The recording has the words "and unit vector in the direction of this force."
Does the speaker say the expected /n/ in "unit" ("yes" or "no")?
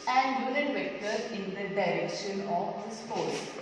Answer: no